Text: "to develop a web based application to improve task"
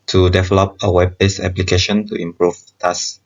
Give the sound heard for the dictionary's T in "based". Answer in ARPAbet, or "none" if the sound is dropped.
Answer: none